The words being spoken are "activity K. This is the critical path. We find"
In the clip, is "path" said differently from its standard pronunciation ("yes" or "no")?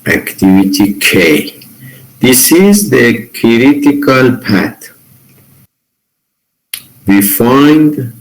yes